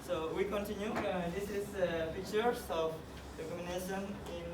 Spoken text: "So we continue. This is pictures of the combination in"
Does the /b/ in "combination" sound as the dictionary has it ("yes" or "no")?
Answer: no